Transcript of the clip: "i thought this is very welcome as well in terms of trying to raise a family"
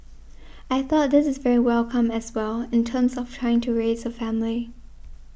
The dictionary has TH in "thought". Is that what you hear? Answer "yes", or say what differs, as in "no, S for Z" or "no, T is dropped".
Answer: yes